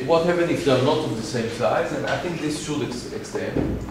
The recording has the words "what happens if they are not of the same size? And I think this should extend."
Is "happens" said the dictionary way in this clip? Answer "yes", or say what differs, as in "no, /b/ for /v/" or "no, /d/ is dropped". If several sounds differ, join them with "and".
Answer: no, /z/ is dropped